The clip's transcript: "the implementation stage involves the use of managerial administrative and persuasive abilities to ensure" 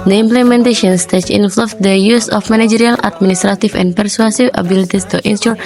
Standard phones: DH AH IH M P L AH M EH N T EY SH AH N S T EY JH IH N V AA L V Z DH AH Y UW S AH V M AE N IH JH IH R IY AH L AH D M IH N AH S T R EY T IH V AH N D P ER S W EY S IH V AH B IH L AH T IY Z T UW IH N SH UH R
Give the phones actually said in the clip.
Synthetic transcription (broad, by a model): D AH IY M P L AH M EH N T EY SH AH N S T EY CH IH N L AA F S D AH Y UW S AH F M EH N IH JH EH R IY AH L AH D M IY N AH S T R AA T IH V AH N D P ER S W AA S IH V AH B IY L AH T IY S T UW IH N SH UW R